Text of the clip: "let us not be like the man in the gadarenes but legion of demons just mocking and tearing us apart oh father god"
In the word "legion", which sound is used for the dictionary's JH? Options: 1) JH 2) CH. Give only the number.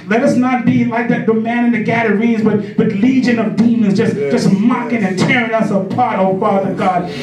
1